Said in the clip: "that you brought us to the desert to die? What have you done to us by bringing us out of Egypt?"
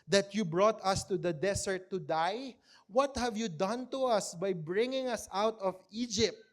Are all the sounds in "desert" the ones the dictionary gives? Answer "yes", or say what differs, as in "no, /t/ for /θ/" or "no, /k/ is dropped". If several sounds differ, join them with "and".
no, /s/ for /z/